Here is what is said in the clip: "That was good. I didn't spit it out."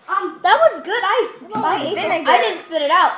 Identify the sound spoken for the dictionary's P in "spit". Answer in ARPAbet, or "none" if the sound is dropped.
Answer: P